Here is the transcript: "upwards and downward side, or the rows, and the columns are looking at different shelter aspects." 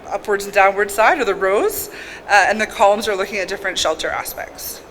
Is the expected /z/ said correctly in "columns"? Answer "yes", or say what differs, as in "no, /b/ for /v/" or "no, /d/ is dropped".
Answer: yes